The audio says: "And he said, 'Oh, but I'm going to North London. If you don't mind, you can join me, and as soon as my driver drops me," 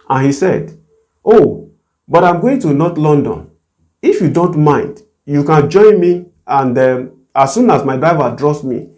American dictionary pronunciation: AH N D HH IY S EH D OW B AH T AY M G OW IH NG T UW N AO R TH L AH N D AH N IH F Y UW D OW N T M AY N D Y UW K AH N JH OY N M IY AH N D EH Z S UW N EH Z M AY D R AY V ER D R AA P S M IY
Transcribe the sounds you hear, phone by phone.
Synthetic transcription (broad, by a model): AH N HH IY S EH D OW B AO T AY M G OW IH NG T UW N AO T L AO N D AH N IH F Y UW D OW N T M AY N D Y UW K AH N JH OY N M IY AH N D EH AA S UW N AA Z M AY D R AY V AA D R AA S M IY